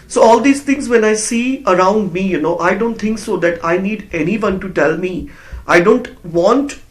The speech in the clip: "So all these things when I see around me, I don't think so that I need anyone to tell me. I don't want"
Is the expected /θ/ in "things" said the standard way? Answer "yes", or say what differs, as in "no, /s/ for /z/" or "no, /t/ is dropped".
no, /t/ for /θ/